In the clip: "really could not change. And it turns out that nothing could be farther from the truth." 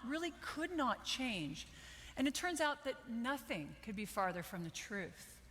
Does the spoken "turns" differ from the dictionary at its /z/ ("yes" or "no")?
no